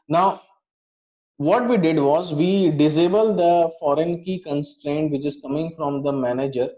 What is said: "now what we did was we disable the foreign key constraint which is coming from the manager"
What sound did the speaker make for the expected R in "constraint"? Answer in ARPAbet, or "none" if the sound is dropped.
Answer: R